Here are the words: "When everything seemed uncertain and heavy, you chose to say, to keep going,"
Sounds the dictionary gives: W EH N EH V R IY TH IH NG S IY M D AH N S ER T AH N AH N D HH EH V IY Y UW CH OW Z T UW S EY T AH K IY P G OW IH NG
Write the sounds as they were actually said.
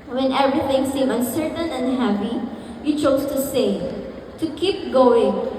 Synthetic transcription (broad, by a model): W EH N EH V R IY TH IH NG S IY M AH N S ER T AH N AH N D HH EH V IY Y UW CH OW S T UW S EY T AH K IY P G OW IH NG